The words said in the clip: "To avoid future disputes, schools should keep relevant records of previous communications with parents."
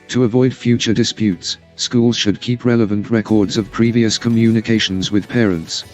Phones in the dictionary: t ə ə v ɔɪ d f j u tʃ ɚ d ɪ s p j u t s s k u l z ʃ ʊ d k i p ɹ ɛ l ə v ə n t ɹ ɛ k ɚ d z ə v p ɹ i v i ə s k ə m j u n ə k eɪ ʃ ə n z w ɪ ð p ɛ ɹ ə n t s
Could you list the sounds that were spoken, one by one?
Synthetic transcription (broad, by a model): t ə ə v ɔɪ d f j u tʃ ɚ d ɪ s p j u t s s k u l z ʃ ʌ d k i p ɹ ɛ l ə v ə n t ɹ ɛ k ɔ d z ə v p ɹ i v i ə s k ə m j u n ə k eɪ ʃ ə n z w ɪ ð p ɛ ɹ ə n t s